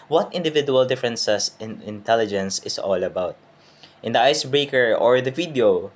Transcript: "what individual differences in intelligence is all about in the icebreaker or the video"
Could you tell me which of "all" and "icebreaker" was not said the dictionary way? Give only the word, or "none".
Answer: none